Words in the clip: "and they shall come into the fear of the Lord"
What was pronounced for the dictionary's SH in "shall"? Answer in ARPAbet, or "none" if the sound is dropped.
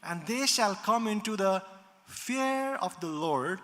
SH